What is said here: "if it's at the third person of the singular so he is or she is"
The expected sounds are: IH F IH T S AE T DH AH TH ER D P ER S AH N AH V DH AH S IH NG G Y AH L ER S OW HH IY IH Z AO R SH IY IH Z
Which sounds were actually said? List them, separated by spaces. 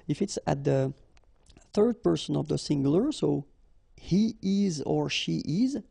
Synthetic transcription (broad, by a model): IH F IH T S AE T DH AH TH ER D P ER S AH N AH V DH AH S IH NG G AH L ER S OW HH IY IH Z AO R SH IY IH Z